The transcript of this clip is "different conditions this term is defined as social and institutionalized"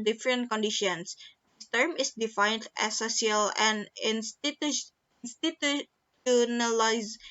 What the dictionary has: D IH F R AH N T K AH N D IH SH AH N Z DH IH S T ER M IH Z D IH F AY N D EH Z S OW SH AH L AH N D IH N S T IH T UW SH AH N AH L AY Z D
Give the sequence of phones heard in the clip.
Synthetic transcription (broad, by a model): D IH F R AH N T K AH N D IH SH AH N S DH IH S T ER M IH S D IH F AY N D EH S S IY AH L AH N D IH N S T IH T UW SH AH N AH L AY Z